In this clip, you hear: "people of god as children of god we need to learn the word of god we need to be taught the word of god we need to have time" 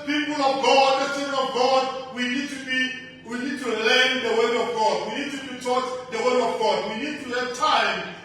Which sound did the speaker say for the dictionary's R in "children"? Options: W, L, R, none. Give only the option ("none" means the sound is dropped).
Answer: W